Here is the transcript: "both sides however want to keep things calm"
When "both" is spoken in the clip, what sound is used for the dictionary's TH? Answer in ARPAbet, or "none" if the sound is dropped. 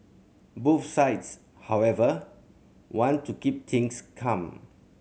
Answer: F